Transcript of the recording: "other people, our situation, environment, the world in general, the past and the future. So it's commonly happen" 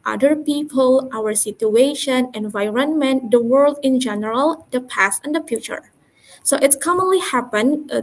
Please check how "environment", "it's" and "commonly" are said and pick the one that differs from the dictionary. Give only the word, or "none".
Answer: none